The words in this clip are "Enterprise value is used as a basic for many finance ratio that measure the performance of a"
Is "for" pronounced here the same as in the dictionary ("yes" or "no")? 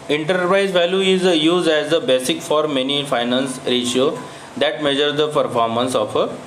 yes